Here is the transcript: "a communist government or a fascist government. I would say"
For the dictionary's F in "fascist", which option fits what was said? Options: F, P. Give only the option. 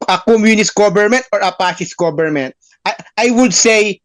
P